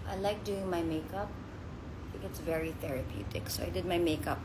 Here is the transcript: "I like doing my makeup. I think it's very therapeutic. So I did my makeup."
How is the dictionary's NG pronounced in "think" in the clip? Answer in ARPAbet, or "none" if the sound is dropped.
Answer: none